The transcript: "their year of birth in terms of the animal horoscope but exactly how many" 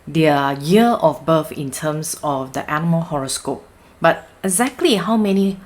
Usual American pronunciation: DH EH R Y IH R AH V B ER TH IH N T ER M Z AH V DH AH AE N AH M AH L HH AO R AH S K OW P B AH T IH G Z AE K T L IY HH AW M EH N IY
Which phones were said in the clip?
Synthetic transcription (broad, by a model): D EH Y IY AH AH F B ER F IH N T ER M S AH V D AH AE N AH M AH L HH AO R AH S K OW P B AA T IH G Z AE K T L IY HH AW M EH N IY